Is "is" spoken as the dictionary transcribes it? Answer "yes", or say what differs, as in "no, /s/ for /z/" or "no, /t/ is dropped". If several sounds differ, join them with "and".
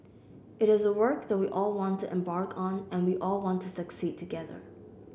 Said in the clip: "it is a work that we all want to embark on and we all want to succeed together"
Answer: yes